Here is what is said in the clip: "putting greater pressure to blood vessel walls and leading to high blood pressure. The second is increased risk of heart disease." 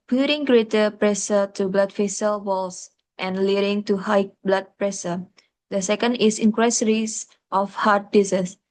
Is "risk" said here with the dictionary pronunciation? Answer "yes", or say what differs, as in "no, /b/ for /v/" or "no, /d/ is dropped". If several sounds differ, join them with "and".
no, /k/ is dropped